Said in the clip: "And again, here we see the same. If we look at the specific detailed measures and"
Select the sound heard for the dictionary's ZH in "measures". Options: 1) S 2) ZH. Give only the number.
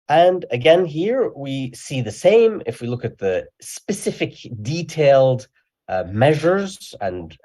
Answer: 2